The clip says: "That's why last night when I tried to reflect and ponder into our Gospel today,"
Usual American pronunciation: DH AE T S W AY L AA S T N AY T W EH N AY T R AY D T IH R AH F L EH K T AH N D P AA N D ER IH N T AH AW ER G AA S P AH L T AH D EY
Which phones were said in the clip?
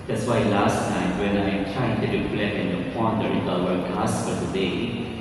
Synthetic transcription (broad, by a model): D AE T S W AY L AA S T AY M W EH N AY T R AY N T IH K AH L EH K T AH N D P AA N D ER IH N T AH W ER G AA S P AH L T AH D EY